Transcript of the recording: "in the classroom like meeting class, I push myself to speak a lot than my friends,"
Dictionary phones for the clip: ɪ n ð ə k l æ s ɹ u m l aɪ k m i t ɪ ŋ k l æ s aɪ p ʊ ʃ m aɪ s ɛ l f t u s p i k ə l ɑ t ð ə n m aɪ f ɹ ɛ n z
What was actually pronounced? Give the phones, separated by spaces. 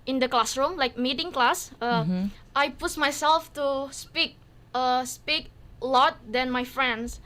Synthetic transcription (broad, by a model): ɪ n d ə k l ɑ s ɹ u m l aɪ k m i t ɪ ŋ k l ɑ s aɪ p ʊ s m aɪ s ɛ l f t u s p i k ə l ɑ t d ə n m aɪ f ɹ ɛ n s